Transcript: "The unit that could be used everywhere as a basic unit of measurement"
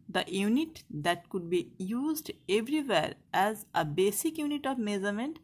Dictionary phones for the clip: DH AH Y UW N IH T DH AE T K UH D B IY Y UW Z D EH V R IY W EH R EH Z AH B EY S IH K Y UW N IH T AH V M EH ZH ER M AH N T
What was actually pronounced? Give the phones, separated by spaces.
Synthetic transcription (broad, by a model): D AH Y UW N IH T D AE T K UH D B IY Y UW Z D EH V R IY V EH R EH Z AH B EY S IH K Y UW N IH T AH V M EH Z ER M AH N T